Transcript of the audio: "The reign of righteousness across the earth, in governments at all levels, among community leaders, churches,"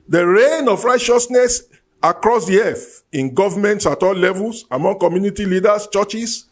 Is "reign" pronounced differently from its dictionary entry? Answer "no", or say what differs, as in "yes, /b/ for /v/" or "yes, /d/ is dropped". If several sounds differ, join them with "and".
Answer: no